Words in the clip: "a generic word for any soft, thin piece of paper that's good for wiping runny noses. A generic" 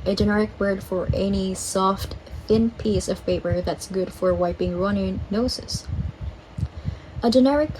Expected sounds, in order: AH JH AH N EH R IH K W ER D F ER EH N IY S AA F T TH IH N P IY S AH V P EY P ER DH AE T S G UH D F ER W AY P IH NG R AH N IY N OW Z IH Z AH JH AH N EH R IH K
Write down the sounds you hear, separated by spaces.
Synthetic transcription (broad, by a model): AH JH AH N EH R IH K W ER D F ER EH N IY S AA F T TH IH N P IY S AH V P EY P ER DH AE T S G UH D F ER W AY P IH NG R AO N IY N OW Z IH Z AH JH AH N EH R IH K